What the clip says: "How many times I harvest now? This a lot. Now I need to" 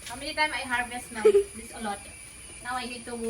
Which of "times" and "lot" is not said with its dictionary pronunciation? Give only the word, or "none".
times